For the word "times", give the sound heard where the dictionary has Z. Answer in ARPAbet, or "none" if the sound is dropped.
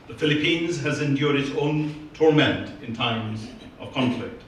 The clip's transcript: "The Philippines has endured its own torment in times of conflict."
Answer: Z